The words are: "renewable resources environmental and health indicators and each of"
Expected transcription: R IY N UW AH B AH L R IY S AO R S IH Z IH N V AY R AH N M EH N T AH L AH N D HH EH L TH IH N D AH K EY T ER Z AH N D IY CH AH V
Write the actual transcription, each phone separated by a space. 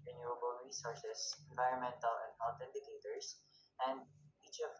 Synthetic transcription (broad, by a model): R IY N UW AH B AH L R IY S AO R S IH S IH N V AY R AH N M EH N T AH L AH N D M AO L T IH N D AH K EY T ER S AH N D IY CH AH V